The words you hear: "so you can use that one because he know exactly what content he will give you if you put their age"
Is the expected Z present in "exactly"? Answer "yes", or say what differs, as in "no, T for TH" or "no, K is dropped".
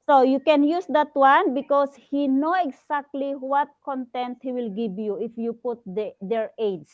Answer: no, S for Z